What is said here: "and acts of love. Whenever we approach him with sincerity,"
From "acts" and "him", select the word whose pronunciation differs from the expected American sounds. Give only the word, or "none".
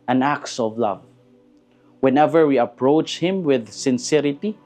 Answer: none